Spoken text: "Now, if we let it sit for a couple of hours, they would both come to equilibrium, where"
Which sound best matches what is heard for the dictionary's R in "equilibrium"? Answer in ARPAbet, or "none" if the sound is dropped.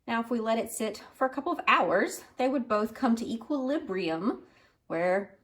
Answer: R